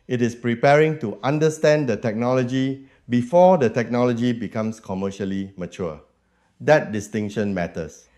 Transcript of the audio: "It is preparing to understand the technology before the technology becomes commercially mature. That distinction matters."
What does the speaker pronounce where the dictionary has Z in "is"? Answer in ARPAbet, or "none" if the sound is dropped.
S